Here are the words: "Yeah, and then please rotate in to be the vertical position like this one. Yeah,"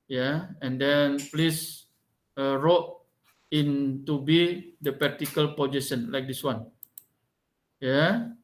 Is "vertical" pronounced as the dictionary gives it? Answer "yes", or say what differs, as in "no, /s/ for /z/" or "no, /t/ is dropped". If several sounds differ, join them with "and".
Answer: no, /p/ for /v/